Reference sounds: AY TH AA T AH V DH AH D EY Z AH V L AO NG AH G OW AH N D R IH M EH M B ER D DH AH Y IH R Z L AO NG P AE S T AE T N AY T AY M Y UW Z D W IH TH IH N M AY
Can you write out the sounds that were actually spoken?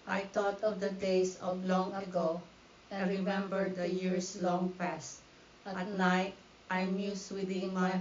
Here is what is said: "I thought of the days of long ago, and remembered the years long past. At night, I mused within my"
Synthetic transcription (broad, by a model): AY T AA T AH V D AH D EY S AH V L AO NG AH G OW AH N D R IH M EH M B ER D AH Y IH R S L AO NG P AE S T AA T N AY T AY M Y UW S W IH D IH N M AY